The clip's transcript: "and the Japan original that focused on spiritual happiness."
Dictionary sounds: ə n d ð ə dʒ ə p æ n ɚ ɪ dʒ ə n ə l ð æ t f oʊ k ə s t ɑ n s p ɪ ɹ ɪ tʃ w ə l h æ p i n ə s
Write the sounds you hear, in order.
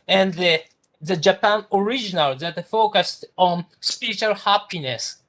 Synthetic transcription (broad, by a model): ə n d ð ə dʒ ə p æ n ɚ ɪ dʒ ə n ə l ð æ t f oʊ k ə s t ɑ n s p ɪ ɹ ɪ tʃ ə l h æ p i n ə s